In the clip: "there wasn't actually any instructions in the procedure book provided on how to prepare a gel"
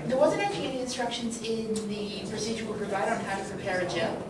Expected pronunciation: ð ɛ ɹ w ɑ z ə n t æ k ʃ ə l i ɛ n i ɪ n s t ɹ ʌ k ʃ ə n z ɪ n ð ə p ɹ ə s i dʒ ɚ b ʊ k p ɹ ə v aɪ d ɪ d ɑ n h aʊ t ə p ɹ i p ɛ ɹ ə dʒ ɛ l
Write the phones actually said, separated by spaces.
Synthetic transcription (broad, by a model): ð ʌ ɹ w ɑ z ə n t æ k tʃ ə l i ɛ n i ɪ n s t ɹ ʌ k ʃ ə n z ɪ n ð ə p ɹ ə s i dʒ ɚ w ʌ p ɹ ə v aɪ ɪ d n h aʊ t ə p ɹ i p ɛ ɹ ə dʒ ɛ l